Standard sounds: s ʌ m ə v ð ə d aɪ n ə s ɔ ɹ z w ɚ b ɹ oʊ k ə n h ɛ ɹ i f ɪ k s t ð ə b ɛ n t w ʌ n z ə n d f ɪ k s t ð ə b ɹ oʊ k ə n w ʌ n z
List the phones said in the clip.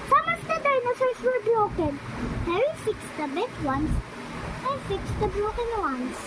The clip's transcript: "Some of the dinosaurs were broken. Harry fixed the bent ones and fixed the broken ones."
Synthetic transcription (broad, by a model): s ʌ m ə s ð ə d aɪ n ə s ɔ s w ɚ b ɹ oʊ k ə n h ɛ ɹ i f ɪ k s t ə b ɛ t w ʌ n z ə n f ɪ k s t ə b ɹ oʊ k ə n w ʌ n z